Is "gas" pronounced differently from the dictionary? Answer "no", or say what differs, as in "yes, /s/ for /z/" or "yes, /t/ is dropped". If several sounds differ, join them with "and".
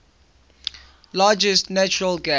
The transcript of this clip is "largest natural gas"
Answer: yes, /s/ is dropped